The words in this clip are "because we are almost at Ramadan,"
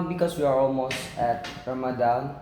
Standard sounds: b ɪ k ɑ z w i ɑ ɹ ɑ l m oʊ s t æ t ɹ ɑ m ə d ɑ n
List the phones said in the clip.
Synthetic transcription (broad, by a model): b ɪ k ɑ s w i ɑ ɹ ɑ l m oʊ s t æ t ɹ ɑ m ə d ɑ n